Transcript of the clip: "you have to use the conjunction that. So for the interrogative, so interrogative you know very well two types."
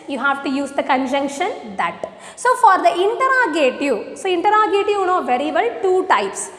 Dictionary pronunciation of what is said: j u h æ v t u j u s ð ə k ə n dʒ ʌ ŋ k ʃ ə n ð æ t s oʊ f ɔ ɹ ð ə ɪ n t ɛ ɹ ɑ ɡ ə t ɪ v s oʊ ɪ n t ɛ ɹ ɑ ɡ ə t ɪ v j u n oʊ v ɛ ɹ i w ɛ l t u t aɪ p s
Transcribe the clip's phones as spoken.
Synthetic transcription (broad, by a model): j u h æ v t u j u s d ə k ə n dʒ ʌ ŋ k ʃ ə n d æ t s oʊ f ɔ ɹ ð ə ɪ n t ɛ ɹ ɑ ɡ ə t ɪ s oʊ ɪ n t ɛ ɹ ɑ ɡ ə t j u n oʊ v ɛ ɹ i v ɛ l t u t aɪ p s